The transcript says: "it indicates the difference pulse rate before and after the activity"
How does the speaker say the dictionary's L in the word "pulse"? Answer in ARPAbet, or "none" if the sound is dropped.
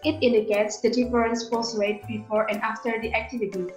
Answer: none